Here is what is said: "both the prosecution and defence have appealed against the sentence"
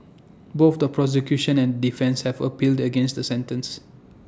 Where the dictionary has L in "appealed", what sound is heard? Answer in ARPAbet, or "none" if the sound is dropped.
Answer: L